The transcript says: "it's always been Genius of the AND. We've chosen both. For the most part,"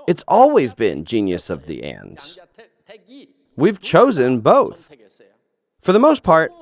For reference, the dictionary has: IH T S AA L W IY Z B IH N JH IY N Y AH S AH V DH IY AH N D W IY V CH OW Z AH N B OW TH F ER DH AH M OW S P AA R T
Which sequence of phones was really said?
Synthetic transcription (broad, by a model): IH T S AA L W IY Z B IH N JH IY N Y AH S AH V DH IY AH N D W IY V CH OW Z AH N B OW TH F ER DH AH M OW S P AA R T